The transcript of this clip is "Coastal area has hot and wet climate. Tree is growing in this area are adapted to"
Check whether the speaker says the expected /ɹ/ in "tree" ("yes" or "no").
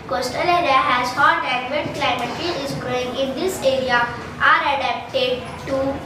no